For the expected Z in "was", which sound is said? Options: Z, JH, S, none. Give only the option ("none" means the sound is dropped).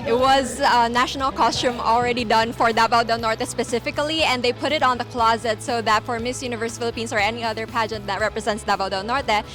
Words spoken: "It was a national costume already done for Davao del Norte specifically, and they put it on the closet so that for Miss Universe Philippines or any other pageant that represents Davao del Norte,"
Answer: Z